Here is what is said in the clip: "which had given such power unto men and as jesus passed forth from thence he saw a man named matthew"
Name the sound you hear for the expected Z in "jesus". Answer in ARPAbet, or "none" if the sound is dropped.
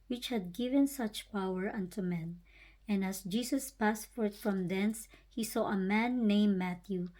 S